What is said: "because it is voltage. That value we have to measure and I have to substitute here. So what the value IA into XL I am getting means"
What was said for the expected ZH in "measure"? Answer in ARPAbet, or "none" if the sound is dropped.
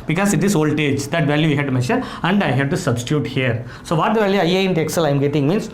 SH